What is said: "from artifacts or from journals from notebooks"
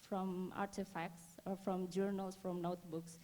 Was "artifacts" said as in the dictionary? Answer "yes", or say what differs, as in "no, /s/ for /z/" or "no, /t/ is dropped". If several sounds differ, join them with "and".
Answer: yes